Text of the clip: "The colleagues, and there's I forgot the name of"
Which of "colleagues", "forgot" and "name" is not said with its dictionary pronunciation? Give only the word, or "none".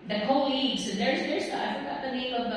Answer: none